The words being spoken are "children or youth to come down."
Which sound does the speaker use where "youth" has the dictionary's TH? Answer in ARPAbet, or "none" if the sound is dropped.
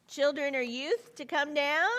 TH